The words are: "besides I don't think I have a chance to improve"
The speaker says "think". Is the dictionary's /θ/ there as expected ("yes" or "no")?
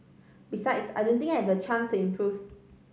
no